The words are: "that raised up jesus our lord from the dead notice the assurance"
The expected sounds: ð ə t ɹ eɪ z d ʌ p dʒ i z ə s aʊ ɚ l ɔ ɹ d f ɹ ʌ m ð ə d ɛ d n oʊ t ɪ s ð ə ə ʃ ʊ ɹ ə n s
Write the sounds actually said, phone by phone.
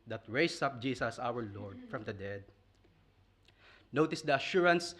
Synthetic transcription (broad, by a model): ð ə t ɹ eɪ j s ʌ p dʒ i s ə s aʊ ɚ l ɔ ɹ d f ɹ ʌ m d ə d ɛ d n oʊ t ɪ s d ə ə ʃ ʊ ɹ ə n s